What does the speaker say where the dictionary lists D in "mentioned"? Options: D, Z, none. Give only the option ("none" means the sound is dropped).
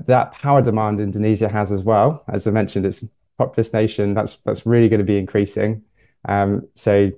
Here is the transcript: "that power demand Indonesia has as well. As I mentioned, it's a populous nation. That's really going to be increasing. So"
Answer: D